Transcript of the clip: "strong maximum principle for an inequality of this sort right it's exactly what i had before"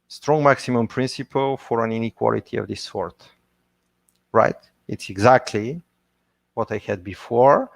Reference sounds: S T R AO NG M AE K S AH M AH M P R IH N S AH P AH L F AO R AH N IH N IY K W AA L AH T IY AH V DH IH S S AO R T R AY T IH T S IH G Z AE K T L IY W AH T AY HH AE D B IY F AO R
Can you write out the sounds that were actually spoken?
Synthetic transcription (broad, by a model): S T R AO NG M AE K S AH M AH M P R IH N S AH P AH L F AO R AH N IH N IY K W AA L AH T IY AH V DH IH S S AO R T R AY T IH T S IH G Z AE K T L IY W AH T AY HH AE D B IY F AO R